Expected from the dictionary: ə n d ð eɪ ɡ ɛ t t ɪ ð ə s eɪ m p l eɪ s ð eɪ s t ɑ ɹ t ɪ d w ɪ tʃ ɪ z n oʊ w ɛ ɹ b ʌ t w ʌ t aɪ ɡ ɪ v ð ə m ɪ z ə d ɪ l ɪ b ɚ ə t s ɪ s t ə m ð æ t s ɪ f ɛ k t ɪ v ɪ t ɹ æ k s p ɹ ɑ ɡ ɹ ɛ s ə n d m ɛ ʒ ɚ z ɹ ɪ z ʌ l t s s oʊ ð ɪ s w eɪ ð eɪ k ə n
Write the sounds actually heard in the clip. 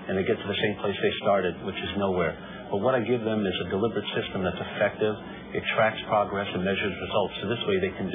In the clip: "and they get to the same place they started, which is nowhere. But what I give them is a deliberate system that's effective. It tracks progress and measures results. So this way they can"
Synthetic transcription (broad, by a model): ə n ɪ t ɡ ɛ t t ɪ ð ə s eɪ m p l eɪ s ð eɪ s t ɑ ɹ t ɪ d w ɪ tʃ ɪ z n oʊ w ɛ ɹ b ʌ t w ʌ t aɪ ɡ ɪ v ð ə m ɪ z ə d ɪ l ɪ b ɚ ə t s ɪ s t ə m ð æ t s ɪ f ɛ k t ɪ v ɪ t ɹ æ k s p ɹ ɑ ɡ ɹ ɛ s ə n m ɛ ʒ ɚ z ɹ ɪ z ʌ l t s s oʊ ð ɪ s w eɪ ð eɪ k n